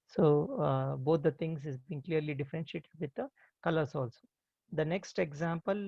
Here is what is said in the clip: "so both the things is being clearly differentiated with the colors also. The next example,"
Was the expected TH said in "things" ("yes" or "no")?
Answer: no